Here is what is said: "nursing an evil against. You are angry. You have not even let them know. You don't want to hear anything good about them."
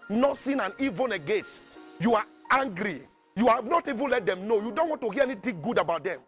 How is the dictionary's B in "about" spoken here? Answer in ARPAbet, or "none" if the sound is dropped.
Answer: B